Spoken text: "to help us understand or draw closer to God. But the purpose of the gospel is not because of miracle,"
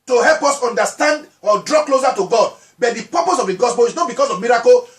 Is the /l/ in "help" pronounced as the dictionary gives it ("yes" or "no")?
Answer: yes